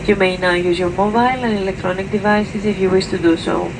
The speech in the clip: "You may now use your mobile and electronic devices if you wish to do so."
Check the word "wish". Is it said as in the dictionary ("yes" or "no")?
no